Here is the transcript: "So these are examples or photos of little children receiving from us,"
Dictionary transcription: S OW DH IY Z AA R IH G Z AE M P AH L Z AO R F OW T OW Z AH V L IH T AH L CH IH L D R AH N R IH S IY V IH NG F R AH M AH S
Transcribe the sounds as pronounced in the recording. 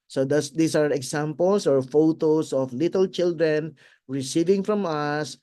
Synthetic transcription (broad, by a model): S OW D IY S AA R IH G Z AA M P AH L S AO R F OW T OW S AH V L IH T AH L CH IH L D R AH N R IH S IY V IH NG F R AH M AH S